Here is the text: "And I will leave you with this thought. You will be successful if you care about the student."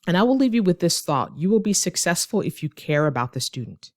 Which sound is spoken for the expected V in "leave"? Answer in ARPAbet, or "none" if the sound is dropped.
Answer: V